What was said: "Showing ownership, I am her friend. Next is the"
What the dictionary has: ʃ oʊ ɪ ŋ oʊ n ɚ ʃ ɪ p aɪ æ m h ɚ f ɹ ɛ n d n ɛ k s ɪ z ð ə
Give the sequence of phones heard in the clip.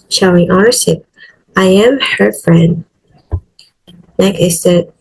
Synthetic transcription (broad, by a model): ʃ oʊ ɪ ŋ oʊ ɚ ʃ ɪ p aɪ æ m h ɚ f ɹ ɛ n d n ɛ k ɪ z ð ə